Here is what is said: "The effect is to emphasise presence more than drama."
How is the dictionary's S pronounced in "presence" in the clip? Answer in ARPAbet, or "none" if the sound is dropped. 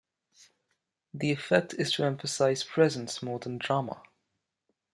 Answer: S